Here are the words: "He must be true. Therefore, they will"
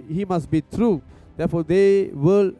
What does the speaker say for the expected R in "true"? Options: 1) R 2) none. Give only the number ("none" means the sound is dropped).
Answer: 1